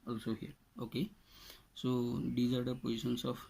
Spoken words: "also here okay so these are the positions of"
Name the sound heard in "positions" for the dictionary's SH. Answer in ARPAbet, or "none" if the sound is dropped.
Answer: S